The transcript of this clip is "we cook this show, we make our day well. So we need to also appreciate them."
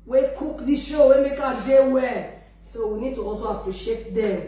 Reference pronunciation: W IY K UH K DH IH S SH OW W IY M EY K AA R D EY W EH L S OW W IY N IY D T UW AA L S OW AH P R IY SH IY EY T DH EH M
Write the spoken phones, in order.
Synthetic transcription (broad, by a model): W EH K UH K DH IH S SH OW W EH M EY K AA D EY W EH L S OW W IY N IY D T UW AA L S OW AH P R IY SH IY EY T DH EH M